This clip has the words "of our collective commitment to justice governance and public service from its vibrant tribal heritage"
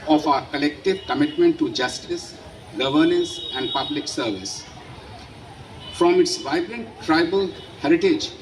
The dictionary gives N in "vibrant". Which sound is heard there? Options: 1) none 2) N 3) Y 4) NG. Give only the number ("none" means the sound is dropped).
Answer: 2